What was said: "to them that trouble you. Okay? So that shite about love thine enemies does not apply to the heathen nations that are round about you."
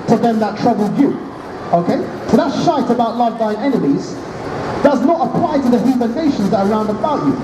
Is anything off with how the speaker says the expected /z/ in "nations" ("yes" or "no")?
no